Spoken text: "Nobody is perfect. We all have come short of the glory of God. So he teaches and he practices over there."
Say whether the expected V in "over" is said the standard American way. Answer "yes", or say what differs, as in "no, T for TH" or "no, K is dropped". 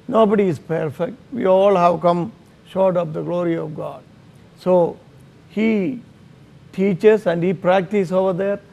yes